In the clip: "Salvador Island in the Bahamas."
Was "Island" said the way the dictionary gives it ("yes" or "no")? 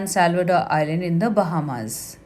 no